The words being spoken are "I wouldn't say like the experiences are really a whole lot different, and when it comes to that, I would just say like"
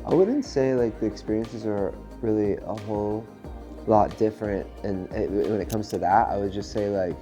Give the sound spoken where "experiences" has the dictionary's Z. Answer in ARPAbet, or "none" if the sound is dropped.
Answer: Z